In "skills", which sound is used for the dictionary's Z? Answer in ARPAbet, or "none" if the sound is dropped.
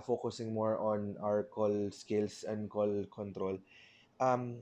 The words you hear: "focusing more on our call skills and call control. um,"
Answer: S